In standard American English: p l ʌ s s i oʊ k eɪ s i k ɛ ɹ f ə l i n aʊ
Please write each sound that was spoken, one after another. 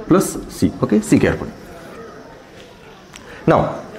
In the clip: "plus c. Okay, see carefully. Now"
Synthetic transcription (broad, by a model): p l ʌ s s i oʊ k eɪ s i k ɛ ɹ p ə n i n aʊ